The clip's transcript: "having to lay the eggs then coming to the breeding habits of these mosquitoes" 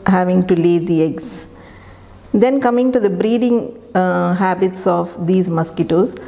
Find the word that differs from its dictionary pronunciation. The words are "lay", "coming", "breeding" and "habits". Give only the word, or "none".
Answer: none